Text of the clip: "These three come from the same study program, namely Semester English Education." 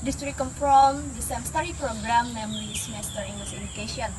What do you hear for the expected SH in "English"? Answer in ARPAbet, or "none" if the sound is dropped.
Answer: S